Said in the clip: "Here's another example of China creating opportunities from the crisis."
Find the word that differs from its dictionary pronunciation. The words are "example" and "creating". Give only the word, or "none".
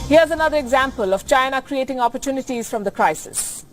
none